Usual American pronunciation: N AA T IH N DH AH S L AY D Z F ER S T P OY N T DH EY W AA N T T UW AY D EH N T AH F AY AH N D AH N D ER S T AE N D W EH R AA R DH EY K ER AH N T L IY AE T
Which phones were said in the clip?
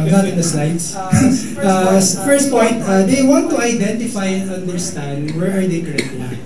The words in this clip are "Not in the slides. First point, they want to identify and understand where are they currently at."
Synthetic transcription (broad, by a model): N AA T IH N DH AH S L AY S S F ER S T P OY N T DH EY W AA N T T UW AY D EH N T AH F AY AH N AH N D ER S T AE N D W EH R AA R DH EY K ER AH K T IY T